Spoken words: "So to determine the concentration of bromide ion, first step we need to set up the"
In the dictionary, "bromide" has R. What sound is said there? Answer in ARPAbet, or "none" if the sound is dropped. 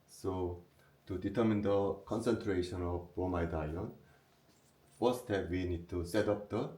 none